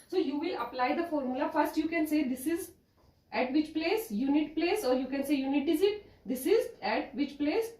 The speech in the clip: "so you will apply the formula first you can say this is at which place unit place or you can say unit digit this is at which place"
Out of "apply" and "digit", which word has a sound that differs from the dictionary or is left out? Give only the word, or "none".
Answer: digit